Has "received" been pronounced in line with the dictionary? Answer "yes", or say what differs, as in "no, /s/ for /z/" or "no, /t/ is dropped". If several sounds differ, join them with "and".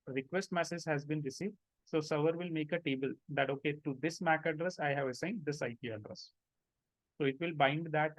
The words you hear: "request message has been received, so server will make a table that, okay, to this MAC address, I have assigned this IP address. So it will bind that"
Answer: yes